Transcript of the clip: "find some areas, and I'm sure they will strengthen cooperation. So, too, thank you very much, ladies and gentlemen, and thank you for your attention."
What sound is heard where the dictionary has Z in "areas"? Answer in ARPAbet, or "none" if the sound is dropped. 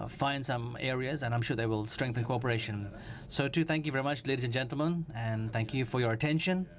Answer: Z